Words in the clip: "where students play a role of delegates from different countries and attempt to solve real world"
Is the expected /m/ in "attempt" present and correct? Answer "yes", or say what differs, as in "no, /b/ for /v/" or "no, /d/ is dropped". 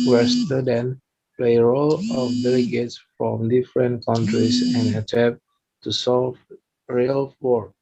no, /m/ is dropped